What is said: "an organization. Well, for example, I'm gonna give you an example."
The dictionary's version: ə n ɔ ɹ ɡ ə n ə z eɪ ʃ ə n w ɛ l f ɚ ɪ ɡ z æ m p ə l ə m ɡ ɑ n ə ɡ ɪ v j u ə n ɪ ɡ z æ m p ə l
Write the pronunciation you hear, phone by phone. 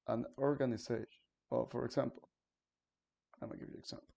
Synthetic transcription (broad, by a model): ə n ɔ ɹ ɡ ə n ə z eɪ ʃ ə n w ɛ l f ɚ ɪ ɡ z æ m p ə l ə m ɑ ə ɡ ɪ v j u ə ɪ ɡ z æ m p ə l